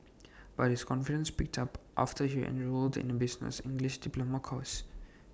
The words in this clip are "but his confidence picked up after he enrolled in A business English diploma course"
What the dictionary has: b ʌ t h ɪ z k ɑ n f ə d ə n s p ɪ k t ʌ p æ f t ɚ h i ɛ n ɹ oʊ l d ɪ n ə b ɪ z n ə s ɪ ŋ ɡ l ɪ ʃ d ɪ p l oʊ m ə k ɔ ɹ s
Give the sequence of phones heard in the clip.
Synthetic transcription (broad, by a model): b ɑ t h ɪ s k ɑ n f ə d ə n s p ɪ k t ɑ p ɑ f t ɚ h i ɛ n ɹ oʊ l d ɪ n ə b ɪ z n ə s ɪ ŋ ɡ l ɪ ʃ d ɪ p l oʊ m ə k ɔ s